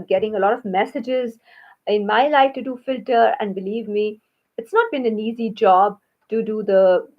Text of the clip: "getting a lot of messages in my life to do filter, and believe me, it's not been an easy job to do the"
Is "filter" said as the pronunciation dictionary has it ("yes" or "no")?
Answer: yes